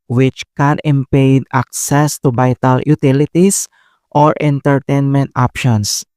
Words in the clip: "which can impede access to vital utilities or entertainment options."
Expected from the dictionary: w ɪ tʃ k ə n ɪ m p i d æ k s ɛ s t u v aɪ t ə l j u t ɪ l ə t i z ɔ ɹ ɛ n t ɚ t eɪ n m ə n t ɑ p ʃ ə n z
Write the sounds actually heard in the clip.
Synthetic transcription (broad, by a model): w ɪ tʃ k ə n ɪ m p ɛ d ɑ k s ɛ s t u b aɪ t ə l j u t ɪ l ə t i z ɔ ɹ ɛ n t ɚ t eɪ n m ə n t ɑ p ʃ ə n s